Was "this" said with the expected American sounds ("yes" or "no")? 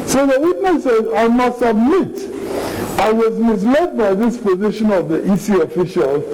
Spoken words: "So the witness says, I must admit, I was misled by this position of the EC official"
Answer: yes